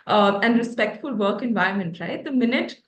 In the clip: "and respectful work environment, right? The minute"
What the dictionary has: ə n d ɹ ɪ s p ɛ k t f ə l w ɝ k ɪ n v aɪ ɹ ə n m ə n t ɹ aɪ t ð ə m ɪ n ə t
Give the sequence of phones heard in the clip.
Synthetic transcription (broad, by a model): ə n d ɹ ɪ s p ɛ k t f ə l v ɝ k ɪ n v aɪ ə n m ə n t ɹ aɪ t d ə m ɪ n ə t